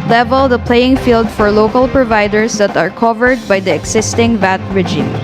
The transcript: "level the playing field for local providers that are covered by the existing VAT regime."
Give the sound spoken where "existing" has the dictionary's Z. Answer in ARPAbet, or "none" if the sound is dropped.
S